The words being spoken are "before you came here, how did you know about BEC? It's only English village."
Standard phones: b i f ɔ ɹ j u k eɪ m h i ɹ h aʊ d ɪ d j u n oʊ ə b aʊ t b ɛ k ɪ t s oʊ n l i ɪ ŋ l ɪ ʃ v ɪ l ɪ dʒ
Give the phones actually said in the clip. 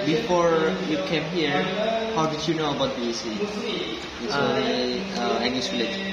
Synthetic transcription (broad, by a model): b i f ɔ ɹ j u k eɪ m h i ɹ h aʊ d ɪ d j u n oʊ ə b aʊ t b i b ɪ s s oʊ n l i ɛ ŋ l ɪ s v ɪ l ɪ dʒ